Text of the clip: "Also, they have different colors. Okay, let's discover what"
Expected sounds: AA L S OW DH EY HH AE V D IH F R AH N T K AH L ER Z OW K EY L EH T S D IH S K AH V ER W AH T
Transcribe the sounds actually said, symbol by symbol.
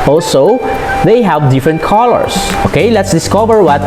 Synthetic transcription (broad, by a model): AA L S OW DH EY HH AE V D IH F R AH N T K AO L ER S OW K EY L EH T S D IH S K AH V ER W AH T